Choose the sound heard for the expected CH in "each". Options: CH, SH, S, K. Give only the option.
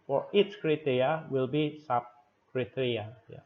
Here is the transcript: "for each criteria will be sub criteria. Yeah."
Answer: S